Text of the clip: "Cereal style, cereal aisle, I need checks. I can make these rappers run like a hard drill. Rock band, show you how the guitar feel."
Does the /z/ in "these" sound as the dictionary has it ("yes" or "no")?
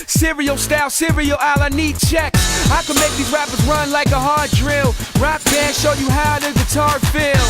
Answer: no